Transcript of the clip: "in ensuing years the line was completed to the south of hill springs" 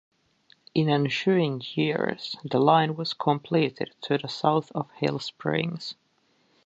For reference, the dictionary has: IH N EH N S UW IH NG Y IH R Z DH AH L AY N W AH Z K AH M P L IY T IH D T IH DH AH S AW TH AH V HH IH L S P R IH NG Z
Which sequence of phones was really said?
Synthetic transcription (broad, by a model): IH N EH N SH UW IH NG Y IH R Z DH AH L AY N W AH Z K AH M P L IY T IH D T IH DH AH S AW TH AH V HH IH L S P R IH NG Z